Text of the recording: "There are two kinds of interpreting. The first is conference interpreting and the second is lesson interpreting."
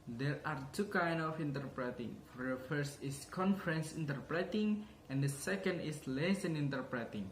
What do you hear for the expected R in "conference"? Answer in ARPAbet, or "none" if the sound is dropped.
R